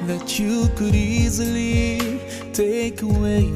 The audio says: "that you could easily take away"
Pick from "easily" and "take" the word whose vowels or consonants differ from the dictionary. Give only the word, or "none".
none